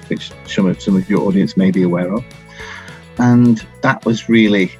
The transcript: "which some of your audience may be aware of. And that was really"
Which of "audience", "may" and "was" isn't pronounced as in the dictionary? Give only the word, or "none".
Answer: none